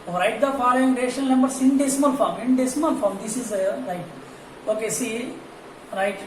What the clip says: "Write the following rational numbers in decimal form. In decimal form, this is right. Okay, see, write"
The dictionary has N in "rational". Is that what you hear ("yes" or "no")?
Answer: no